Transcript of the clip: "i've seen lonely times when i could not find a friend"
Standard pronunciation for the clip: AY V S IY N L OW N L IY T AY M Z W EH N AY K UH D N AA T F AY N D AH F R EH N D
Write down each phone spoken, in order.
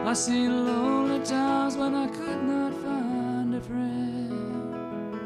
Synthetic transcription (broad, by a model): AY S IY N L OW N L IY T AY M Z W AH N AY K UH D N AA T F AY N D AH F R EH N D